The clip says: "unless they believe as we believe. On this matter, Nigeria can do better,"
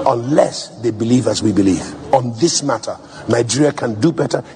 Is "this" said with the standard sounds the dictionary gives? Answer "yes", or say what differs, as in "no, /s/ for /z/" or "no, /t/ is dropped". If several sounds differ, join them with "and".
yes